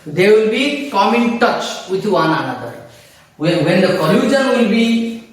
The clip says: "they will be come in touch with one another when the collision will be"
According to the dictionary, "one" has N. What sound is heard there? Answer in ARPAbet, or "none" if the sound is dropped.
N